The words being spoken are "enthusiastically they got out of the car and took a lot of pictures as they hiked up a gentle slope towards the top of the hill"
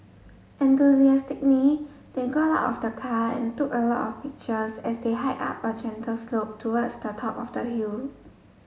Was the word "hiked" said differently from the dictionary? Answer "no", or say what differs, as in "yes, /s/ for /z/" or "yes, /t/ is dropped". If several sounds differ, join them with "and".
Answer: yes, /k/ is dropped